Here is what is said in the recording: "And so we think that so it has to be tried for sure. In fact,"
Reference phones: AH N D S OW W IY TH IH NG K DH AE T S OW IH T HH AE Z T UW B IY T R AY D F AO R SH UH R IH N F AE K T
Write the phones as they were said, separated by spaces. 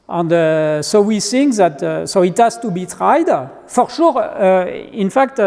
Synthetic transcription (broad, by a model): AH N D S OW W IY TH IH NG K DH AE T S OW IH T HH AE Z T UW B IY T R AY D F AO R SH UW R IH N F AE K T